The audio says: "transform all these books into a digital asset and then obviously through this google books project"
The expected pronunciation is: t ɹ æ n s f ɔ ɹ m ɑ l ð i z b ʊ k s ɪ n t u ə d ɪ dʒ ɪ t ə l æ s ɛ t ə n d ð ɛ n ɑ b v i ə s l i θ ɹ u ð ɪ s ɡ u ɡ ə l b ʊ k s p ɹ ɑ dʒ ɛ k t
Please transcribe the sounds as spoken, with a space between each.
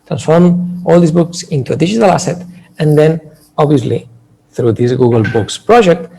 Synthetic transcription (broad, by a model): t ɹ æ n s f ɔ ɹ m ɑ l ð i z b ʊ k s ɪ n t u ə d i ʒ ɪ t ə l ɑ s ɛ t ə n d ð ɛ n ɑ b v i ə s l i θ ɹ u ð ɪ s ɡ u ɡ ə l b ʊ k s p ɹ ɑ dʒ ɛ k t